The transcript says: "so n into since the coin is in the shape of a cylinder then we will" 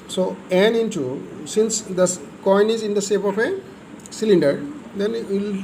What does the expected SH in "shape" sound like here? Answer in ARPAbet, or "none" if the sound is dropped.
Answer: S